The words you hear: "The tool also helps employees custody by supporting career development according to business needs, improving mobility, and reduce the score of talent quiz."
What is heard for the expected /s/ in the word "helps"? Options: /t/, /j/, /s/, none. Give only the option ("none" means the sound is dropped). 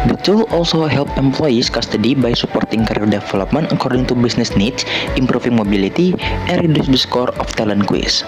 none